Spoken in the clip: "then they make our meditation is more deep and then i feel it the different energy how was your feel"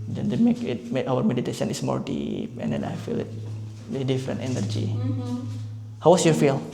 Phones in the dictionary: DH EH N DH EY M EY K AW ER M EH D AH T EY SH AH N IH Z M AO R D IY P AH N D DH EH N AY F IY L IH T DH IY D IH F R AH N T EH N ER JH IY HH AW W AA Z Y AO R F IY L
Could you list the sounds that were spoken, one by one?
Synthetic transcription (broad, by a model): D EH N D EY M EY K AW ER M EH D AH T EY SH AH N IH S M AO R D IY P AH N D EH N AY F IY L IH T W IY D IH F R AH N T EH N ER JH IY HH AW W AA S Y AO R F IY L